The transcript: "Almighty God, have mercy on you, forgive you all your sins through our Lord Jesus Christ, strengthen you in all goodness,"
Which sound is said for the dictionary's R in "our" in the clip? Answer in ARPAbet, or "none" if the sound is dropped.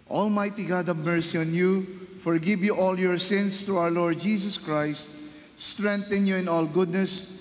W